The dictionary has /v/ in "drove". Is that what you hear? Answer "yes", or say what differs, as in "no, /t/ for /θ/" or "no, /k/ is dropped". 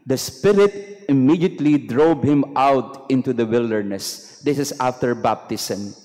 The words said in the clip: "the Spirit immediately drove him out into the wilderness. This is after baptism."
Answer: no, /b/ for /v/